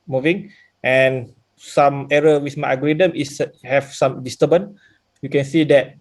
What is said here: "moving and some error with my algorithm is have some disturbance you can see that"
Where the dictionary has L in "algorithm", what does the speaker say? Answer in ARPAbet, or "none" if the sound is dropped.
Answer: none